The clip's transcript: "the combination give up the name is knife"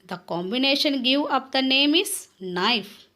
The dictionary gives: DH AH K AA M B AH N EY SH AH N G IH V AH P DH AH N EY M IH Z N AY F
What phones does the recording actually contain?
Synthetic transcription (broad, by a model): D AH K AA M B AH N EY SH AH N G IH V AH P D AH N EY M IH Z N AY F